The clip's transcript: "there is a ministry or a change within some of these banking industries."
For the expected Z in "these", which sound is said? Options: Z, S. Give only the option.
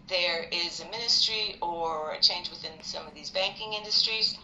Z